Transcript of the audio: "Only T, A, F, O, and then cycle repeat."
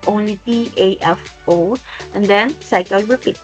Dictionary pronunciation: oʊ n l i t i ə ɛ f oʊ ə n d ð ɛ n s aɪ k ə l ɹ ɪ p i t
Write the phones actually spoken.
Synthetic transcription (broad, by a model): oʊ n l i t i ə ɛ f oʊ ə n d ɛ n s aɪ k ə l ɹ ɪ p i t